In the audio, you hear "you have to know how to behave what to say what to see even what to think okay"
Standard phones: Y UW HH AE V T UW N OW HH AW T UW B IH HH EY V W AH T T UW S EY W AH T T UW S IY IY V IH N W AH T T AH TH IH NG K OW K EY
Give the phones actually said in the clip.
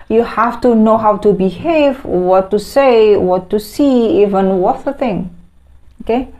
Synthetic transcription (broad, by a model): Y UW HH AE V T UW N OW HH AW T UW B IH HH EY V W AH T T UW S EY W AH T T UW S IY IY V IH N W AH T T AH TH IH NG OW K EY